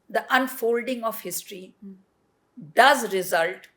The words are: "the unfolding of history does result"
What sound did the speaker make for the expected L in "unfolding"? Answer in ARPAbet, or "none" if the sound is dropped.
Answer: L